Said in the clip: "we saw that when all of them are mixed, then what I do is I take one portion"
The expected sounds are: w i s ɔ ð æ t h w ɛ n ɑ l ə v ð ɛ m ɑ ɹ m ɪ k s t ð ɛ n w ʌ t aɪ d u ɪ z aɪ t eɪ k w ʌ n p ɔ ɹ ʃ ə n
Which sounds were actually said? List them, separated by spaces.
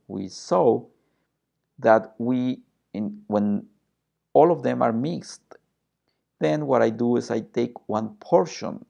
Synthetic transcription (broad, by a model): w i s ɔ ð æ t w w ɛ n ɑ l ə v ð ɛ m ɑ ɹ m ɪ k s t ð ɛ n w ʌ t aɪ d u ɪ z aɪ t eɪ k w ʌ n p ɔ ɹ ʃ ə n